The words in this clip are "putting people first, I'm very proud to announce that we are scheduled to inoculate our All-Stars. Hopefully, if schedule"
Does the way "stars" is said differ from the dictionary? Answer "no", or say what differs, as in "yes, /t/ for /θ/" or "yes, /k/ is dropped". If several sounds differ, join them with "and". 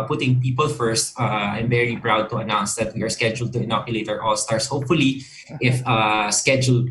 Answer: yes, /s/ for /z/